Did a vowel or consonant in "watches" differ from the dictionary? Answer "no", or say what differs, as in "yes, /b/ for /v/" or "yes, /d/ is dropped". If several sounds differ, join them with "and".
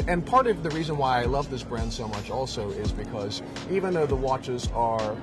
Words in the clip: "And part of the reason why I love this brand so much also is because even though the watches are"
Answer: no